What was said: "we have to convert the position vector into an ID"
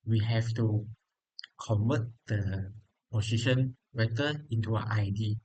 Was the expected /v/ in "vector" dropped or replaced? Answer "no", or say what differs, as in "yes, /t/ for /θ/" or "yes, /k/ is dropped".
yes, /w/ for /v/